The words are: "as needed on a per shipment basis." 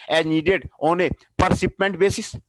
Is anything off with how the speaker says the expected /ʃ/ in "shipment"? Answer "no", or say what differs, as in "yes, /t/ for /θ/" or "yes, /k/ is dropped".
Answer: yes, /s/ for /ʃ/